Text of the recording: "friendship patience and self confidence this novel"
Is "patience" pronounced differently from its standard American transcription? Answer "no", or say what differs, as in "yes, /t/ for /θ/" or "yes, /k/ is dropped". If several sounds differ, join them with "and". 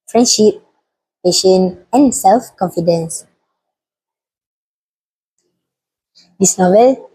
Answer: yes, /s/ is dropped